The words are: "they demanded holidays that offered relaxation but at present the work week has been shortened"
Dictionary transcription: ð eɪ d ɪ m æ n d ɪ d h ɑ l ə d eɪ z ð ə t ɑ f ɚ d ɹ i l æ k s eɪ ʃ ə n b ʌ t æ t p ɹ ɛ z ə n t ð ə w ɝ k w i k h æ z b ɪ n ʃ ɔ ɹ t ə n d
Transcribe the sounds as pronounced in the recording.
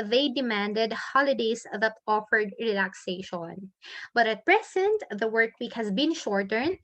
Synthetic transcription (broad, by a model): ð eɪ d ɪ m æ n d ɪ d h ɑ l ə d eɪ s ð ə t ɑ f ɚ d ɹ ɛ l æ k s eɪ ʃ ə n b ʌ t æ t p ɹ ɛ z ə n t ð ə w ɝ k w i k h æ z b ɪ n ʃ ɔ ɹ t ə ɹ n